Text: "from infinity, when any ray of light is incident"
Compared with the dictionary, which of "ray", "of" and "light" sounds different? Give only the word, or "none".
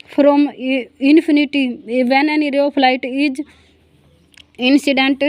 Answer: of